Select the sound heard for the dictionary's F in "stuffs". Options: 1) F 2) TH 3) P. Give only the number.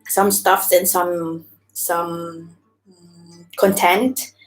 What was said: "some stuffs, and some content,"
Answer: 1